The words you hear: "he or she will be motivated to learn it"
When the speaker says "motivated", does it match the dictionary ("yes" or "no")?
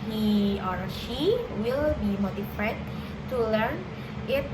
no